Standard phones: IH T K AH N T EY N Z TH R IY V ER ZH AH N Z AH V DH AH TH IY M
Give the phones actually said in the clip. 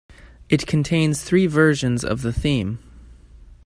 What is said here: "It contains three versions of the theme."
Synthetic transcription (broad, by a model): IH T K N T EY N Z TH R IY V ER ZH AH N Z AH V DH AH TH IY M